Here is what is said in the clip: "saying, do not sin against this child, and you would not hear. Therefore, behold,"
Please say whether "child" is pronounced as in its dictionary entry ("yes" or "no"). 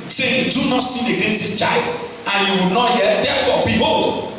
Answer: yes